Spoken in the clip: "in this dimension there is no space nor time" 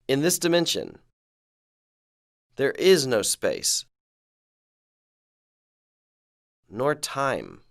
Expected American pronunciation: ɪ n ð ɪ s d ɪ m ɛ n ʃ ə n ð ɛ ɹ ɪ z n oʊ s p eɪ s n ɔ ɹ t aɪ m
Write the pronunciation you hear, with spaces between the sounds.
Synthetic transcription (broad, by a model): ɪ n ð ɪ s d ɪ m ɛ n ʃ ə n ð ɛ ɹ ɪ z n oʊ s p eɪ s n ɔ ɹ t aɪ m